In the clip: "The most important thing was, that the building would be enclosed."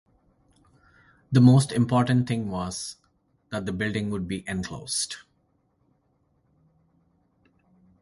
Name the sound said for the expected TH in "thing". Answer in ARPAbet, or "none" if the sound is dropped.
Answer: T